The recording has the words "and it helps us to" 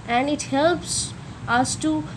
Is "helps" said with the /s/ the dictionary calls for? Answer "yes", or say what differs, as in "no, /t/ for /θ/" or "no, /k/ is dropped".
yes